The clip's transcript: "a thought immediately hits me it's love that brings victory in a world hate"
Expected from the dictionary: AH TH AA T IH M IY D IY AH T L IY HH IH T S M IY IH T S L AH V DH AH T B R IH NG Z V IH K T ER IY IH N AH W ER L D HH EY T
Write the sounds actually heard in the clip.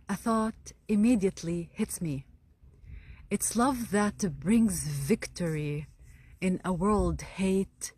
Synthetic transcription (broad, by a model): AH TH AA T IH M IY D IY AH T L IY HH IH T S M IY IH T S L AH V DH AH T B R IH NG Z V IH K T ER IY IH N AH W ER L D HH EY T